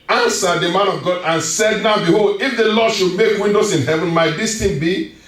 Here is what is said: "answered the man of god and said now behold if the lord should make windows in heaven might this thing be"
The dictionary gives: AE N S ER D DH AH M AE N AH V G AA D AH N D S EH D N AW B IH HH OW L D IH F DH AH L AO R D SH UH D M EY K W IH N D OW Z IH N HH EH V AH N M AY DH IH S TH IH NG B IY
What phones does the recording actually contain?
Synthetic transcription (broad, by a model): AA N S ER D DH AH M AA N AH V G AA D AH N S EH D N AW B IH HH OW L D IH F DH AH L AO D SH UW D M EY K W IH N D OW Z IH N HH EH V AH N M AY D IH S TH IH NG B IY